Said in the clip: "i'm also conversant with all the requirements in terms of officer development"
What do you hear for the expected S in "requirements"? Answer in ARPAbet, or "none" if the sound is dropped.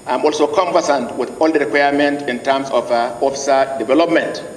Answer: none